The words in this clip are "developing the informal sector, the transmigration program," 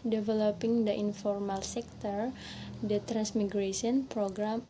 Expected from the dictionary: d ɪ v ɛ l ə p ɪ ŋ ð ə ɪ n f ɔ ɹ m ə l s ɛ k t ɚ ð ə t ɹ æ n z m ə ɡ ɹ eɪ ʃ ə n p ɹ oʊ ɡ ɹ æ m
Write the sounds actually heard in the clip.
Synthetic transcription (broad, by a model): d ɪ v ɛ l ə p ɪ ŋ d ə ɪ n f ɔ ɹ m ə l s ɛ k t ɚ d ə t ɹ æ n s m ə ɡ ɹ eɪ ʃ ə n p ɹ oʊ ɡ ɹ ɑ m